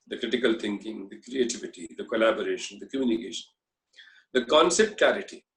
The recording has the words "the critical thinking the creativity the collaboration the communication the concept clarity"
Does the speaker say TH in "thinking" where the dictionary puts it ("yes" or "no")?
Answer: no